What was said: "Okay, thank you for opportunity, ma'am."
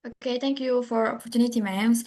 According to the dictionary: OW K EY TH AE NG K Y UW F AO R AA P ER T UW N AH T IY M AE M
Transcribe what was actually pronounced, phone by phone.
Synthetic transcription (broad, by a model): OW K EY T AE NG K Y UW F AO R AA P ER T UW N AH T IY M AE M